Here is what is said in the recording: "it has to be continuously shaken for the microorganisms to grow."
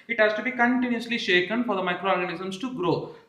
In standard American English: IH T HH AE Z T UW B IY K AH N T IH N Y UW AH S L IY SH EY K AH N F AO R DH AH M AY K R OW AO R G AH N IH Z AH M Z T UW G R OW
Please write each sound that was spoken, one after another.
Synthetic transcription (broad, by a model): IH T HH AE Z T UW B IY K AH N T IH N Y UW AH S L IY SH EY K AH N F AO R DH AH M AY K R OW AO R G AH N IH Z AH M S T UW G R OW